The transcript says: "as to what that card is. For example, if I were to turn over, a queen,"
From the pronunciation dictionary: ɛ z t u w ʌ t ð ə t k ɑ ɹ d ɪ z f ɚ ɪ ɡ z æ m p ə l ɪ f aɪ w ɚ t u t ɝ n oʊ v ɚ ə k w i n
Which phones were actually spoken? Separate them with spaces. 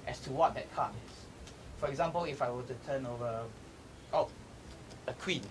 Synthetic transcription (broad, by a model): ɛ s t u w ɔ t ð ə t k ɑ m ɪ s f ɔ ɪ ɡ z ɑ m p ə l ɪ f aɪ w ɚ t u t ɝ n oʊ v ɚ ə k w i n